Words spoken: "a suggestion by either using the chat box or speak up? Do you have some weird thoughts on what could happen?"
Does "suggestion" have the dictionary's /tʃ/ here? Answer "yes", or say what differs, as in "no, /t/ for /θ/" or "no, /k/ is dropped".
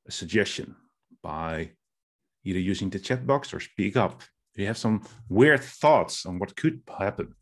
yes